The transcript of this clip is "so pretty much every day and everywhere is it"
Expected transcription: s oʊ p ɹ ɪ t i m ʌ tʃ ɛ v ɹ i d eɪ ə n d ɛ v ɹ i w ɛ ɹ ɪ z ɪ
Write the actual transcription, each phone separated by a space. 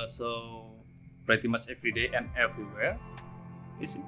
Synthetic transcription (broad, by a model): s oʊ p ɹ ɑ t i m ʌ s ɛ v ɹ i d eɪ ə n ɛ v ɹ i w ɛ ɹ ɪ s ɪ